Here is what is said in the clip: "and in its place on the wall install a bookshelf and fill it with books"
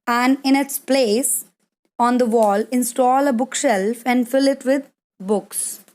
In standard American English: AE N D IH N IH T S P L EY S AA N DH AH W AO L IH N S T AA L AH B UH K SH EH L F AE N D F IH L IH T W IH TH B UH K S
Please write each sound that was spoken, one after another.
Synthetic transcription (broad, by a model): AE N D IH N IH T S P L EY S AA N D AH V AO L IH N S T AA L AH B UH K SH EH L F AE N D F IH L IH T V IH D B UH K S